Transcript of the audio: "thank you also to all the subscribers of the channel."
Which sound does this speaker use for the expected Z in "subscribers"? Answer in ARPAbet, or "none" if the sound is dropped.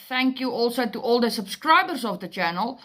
S